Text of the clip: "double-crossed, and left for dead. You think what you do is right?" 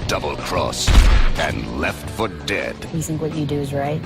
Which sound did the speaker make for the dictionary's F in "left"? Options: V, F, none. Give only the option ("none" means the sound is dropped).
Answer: F